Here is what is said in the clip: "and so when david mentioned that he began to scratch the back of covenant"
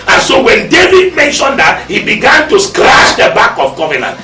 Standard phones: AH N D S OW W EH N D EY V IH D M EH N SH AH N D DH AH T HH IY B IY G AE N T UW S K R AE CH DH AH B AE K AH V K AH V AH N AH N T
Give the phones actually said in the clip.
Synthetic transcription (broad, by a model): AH N S OW W EH N D EY V IH D M EH N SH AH N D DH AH T HH IY B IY G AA N T UW S K R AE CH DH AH B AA K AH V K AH V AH N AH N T